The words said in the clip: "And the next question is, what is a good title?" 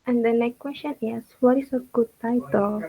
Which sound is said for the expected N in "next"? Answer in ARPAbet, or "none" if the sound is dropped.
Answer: L